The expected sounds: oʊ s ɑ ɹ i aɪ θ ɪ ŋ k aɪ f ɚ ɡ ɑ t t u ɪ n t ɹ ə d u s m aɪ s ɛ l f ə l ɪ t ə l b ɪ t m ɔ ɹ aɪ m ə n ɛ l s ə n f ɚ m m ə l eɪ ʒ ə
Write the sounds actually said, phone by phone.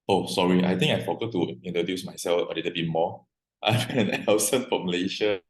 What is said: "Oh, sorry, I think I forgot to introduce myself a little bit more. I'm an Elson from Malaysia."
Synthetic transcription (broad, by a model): oʊ s ɑ ɹ i aɪ t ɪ ŋ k aɪ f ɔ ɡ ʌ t t u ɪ n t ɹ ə d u s m aɪ s ɛ l f ə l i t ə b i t m ɔ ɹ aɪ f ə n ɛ n s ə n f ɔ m m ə l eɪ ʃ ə